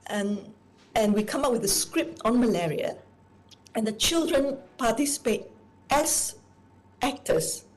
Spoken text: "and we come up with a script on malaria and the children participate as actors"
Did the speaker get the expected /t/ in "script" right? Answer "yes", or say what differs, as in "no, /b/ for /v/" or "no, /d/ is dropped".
yes